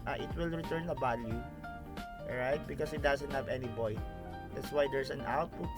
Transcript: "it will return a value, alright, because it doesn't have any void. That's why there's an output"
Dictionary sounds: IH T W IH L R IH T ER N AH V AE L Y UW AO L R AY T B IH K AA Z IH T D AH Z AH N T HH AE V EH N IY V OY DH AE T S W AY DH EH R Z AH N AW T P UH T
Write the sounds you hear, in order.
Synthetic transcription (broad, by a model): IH T W IH L R IH T ER N AH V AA L Y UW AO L R AY T B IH K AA S IH T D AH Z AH N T HH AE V EH N IY B OY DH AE T S W AY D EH R S AH N AW T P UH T